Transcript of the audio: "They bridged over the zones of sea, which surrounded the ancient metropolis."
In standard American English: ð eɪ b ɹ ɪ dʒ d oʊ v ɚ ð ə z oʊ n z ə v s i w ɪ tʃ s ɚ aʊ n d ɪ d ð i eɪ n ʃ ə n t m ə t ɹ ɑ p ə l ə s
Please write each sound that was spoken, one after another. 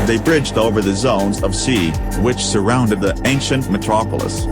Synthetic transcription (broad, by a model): ð eɪ b ɹ ɪ dʒ d oʊ v ɚ ð ə z oʊ n z ə v s i w ɪ tʃ s ɚ aʊ n d ɪ d ð i eɪ n ʃ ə n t m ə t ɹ ɑ p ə l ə s